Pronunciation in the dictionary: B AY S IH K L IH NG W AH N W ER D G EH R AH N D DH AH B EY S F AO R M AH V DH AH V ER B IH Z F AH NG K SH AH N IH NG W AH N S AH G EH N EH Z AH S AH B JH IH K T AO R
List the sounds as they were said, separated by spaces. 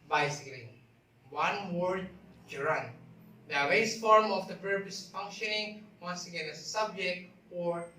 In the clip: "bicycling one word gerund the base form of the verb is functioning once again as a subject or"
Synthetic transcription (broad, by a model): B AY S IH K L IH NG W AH N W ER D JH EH R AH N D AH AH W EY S F AO R M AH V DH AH P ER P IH S F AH NG K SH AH N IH NG W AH N S AH G EH N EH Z AH S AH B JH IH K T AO R